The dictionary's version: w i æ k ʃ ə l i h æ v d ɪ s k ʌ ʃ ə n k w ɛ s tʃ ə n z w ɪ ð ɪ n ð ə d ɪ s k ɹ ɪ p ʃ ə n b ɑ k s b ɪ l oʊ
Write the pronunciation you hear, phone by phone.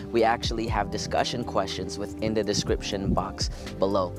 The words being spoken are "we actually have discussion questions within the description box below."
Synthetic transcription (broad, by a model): w i æ k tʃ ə l i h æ v d ɪ s k ʌ ʃ ə n k w ɛ s tʃ ə n z w ɪ ð ɪ n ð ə d ɪ s k ɹ ɪ p ʃ ə n b ɑ k s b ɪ l oʊ